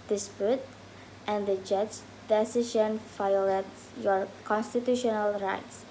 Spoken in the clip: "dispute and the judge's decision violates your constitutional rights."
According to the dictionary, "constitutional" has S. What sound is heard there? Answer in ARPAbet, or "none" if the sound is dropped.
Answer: S